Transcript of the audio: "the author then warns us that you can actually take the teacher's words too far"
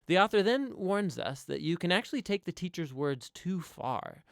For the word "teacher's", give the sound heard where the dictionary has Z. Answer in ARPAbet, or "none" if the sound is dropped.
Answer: Z